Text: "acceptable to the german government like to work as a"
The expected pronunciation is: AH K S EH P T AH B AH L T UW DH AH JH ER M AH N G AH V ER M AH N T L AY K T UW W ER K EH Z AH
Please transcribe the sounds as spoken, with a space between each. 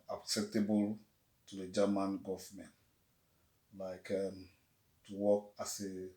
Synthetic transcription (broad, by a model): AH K S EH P T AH B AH L T UW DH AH JH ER M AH N G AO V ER M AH N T L AY K T UW W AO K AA S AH